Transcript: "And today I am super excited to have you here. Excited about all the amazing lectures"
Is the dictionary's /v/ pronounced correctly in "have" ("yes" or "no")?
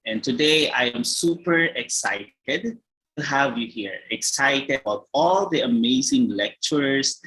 yes